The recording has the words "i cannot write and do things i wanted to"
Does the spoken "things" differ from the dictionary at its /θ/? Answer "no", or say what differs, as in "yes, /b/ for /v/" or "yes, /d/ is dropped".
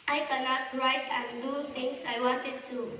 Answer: yes, /t/ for /θ/